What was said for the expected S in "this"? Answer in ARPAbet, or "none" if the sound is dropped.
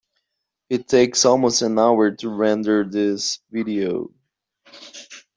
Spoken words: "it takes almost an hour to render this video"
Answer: S